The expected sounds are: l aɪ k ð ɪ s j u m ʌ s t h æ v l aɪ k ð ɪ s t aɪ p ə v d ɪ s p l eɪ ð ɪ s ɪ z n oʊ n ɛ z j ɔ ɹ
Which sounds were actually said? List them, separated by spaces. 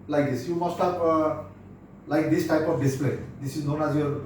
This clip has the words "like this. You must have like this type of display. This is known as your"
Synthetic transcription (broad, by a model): l aɪ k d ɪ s j u m ʌ s t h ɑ p l aɪ k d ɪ s t aɪ p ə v d ɪ s p l eɪ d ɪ s ɪ z n oʊ n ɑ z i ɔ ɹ